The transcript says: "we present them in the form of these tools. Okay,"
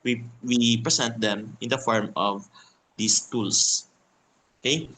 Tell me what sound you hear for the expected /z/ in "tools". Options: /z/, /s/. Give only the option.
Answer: /s/